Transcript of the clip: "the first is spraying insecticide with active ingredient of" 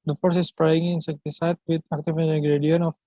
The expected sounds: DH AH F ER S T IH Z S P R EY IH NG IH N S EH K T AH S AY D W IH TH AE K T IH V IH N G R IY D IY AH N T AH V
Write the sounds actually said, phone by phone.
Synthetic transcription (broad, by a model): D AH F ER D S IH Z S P R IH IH NG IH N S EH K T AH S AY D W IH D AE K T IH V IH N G R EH D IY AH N AH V